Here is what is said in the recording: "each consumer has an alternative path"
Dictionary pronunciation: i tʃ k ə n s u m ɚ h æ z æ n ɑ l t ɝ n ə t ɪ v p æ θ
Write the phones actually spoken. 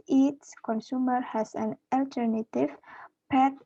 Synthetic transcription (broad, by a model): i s k ə n s u m ɚ h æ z æ n ɑ l t ɝ n ə t ɪ v p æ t